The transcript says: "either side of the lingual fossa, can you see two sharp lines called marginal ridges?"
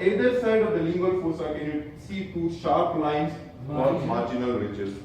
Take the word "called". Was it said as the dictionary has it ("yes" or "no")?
no